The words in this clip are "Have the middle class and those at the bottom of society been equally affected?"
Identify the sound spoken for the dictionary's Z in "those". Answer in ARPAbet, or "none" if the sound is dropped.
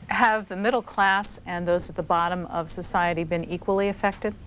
Z